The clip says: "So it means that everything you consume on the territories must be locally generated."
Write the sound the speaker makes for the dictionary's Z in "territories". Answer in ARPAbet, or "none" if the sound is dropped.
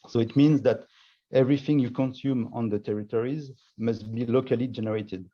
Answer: Z